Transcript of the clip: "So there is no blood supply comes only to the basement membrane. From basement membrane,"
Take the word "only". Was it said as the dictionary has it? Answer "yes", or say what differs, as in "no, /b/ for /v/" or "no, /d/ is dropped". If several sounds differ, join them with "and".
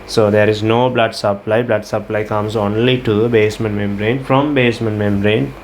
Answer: yes